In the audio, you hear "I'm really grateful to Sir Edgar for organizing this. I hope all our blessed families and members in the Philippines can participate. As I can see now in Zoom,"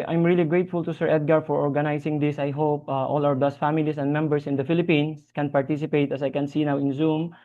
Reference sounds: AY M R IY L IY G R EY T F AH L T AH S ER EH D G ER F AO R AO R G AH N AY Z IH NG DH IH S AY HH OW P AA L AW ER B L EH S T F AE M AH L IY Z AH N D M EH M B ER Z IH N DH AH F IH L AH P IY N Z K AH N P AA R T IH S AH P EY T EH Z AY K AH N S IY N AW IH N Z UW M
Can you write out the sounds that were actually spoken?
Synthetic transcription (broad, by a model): AY M R IY L IY G R EY T F AH L T AH S ER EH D G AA F AO R AO R G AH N AY S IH NG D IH S AY HH OW P AA L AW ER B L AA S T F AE M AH L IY S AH N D M EH M B ER S IH N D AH F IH L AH P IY N S K AH N P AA R T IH S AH P EY T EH S AY K AH N S IY N AW IH N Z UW M